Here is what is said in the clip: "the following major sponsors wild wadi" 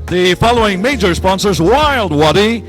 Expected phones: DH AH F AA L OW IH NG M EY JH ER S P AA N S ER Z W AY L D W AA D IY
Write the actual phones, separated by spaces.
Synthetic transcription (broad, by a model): DH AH F AA L OW IH NG M EY JH ER S P AA N S ER Z W AY L D W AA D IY